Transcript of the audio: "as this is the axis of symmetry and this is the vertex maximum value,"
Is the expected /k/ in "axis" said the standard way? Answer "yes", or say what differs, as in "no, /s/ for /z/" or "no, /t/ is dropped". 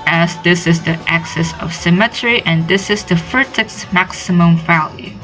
yes